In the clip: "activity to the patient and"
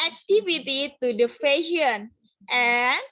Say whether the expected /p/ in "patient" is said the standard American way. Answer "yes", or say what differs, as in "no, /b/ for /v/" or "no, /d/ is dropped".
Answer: no, /f/ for /p/